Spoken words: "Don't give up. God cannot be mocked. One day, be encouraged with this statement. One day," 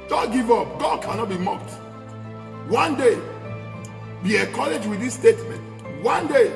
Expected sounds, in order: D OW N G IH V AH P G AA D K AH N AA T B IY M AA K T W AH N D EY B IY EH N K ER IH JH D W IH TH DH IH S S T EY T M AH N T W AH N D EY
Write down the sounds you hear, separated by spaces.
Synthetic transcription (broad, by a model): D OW G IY V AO P G AA D K AH N AA T B IY M AA K T W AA N D EY B IY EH K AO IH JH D W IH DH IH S S T EY T M AH N T W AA N D EY